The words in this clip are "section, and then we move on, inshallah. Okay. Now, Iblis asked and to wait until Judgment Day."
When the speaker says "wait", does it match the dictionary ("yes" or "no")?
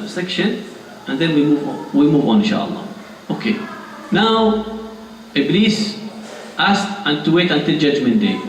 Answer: yes